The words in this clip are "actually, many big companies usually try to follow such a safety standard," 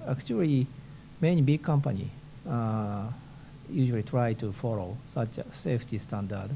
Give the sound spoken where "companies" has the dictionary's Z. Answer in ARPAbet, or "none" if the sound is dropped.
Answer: none